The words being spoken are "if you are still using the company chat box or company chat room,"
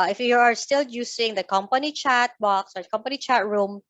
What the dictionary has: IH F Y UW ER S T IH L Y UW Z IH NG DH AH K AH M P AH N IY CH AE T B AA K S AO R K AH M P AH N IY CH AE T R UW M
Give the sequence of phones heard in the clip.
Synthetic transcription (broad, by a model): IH F Y UW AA S T IH L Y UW S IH NG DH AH K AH M P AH N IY CH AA T B AA K S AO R K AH M P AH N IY CH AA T R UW M